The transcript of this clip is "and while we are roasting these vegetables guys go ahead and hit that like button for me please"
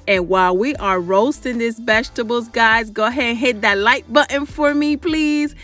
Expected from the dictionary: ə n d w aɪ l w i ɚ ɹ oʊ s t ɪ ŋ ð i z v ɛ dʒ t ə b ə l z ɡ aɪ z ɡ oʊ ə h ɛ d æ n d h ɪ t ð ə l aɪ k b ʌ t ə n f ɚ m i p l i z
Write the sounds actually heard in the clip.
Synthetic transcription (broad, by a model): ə n w aɪ l w i ɚ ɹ oʊ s t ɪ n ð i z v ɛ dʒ t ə b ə l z ɡ aɪ z ɡ oʊ ə h ɛ d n h ɪ t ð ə l aɪ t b ʌ t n f ɚ m i p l i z